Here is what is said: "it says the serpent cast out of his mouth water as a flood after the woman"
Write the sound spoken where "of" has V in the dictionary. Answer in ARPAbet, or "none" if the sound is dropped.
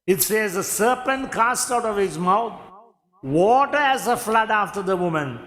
V